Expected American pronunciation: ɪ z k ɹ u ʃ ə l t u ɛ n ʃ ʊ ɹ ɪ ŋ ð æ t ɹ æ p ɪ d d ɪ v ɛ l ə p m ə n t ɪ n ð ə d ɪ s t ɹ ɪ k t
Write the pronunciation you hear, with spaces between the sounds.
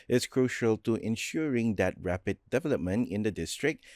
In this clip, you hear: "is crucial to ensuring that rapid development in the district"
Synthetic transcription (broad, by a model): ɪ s k ɹ u ʃ ə l t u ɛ n ʃ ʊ ɹ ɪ ŋ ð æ t ɹ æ p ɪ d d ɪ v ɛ l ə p m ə n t ɪ n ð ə d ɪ s t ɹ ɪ k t